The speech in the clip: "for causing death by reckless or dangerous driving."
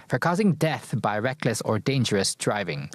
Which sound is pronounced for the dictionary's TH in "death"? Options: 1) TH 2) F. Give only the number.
1